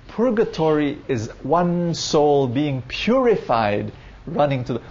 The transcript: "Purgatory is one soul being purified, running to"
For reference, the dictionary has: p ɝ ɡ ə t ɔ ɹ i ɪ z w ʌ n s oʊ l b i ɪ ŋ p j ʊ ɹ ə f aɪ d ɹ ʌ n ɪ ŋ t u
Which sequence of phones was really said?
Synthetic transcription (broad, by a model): p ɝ ɡ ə t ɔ ɹ i ɪ z w ʌ n s oʊ l b i ɪ ŋ p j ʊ ɹ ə f aɪ d ɹ ʌ n ɪ ŋ t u